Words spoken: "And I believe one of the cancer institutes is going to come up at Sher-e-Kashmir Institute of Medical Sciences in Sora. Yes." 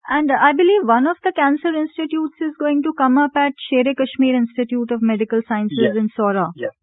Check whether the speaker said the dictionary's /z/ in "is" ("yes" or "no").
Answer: yes